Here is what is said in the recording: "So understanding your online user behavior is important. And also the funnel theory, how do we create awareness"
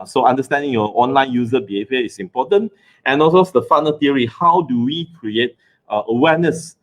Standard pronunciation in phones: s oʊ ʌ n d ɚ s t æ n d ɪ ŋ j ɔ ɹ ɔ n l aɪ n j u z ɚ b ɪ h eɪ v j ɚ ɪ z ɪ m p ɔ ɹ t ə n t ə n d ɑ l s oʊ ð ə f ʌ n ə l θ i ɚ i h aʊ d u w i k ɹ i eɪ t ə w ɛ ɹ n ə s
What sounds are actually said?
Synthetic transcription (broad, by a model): s oʊ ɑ n d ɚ s t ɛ n d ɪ ŋ j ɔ ɔ n l aɪ n j u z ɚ b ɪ h eɪ v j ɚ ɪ s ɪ m p ɔ t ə n t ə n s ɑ s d ə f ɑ n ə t i ɚ i h aʊ d u w i k ɹ i eɪ t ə w ɛ n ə s